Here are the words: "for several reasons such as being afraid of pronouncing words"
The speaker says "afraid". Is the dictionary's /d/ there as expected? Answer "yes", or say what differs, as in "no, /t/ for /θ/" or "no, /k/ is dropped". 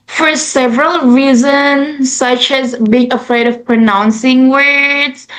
yes